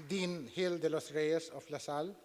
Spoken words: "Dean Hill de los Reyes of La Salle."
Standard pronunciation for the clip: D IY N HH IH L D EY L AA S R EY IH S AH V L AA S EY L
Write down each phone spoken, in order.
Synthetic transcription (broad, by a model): D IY N HH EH L D EY L AA S R EY IH S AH P L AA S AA L